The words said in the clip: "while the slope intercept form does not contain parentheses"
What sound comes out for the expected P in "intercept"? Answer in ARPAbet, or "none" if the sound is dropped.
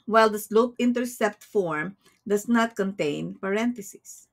P